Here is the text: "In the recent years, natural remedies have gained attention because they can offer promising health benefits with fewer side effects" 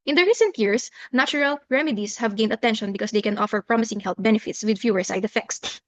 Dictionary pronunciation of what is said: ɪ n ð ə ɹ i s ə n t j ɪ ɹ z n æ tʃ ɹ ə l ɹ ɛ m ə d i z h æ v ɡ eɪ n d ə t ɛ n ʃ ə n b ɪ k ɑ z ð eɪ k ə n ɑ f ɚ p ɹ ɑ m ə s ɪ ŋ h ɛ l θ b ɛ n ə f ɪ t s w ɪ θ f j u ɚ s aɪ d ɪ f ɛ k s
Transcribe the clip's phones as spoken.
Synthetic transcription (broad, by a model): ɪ n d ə ɹ i s ə n t j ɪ ɹ s n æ tʃ ɹ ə l ɹ ɛ m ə d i s h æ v ɡ eɪ n d ə t ɛ n ʃ ə n b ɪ k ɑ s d eɪ k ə n ɑ f ɚ p ɹ ɑ m ə s ɪ ŋ h ɛ l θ b ɛ n ə f ɪ t s w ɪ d f j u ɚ s aɪ d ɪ f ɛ k s